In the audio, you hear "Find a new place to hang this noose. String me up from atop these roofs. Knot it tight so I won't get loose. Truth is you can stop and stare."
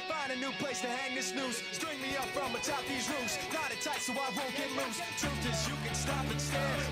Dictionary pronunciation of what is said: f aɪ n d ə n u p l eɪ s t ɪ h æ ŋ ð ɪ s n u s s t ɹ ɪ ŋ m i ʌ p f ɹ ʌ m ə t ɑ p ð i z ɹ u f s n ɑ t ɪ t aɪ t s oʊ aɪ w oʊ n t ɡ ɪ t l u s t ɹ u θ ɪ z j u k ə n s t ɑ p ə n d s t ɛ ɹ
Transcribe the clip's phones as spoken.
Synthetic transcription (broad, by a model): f aɪ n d ə n u p l eɪ s t ɪ h æ ŋ ð ɪ s n u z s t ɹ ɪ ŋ m i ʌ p f ɹ ʌ m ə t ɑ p ð i z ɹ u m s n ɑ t ɪ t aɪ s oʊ aɪ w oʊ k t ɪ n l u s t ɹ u t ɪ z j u k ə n s t ɑ p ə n s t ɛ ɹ